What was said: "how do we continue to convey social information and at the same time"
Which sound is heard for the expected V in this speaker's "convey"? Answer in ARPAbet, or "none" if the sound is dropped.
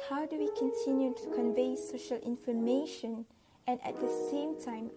V